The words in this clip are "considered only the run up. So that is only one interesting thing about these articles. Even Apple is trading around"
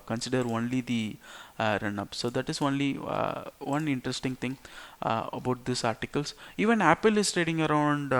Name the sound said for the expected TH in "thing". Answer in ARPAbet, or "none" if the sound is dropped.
T